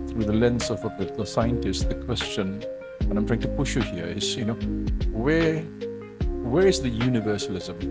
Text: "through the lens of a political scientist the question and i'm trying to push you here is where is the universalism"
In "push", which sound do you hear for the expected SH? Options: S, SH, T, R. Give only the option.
SH